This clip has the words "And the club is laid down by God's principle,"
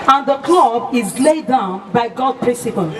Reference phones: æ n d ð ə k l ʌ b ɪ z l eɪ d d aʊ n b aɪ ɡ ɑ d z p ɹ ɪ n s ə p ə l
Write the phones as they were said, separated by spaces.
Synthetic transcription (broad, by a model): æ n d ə k l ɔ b ɪ z l eɪ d d aʊ n b aɪ ɡ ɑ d p ɹ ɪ n s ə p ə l